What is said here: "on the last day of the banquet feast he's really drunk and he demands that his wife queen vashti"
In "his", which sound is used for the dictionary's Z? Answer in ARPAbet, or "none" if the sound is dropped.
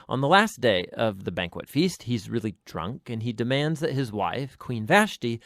Z